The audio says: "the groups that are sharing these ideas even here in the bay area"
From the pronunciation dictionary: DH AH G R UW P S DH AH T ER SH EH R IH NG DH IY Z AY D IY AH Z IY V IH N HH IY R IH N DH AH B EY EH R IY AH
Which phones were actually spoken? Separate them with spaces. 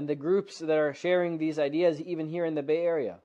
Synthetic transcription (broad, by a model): DH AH G R UW P S DH AH T ER SH EH R IH NG DH IY Z AY D IY AH Z IY V IH N HH IY R IH N DH AH B EY EH R IY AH